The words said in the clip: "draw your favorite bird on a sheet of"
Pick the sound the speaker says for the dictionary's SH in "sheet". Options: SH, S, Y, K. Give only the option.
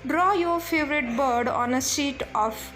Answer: S